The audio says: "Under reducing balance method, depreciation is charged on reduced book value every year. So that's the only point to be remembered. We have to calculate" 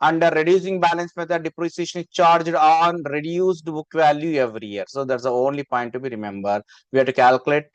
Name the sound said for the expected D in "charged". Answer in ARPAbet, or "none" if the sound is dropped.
D